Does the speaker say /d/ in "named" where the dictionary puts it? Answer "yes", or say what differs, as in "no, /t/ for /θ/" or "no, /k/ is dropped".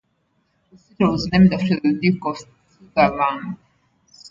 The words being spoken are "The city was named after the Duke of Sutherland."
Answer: yes